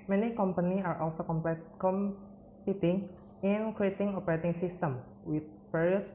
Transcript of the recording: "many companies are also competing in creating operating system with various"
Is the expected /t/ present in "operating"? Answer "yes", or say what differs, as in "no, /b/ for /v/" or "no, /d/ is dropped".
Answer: yes